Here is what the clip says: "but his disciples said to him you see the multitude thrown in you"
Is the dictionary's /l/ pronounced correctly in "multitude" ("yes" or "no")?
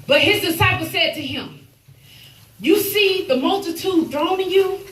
yes